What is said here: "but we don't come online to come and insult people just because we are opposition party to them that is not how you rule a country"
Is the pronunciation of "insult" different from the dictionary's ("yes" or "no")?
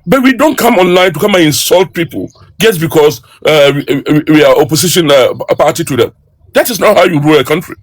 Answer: no